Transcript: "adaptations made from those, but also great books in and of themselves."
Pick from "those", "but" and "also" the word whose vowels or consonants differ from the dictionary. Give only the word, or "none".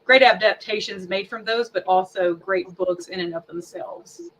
none